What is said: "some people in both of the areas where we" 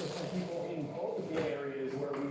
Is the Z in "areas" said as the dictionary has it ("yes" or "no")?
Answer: yes